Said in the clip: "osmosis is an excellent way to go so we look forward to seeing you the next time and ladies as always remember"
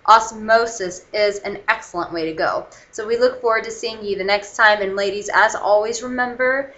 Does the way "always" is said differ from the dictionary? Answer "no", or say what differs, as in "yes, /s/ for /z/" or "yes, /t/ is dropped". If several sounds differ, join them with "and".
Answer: no